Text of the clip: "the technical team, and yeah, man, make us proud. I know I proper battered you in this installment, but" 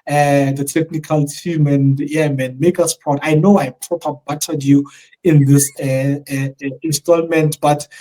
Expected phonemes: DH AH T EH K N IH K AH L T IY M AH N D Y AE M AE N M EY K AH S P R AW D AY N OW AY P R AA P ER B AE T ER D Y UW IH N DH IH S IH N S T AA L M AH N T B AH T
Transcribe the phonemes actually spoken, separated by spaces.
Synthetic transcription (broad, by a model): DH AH T EH K N IH K AH L T IY M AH N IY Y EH M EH N M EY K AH S P AO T AY N OW AY P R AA P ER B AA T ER D Y UW IH N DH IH S IH N S T AA L M AH N T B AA T